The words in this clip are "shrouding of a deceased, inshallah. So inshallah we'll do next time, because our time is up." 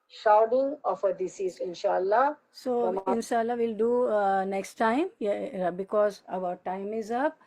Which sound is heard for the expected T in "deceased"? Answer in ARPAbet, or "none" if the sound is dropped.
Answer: none